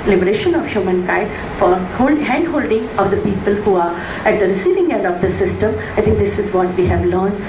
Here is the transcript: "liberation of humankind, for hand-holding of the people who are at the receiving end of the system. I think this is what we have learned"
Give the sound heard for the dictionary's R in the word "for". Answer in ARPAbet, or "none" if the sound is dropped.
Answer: L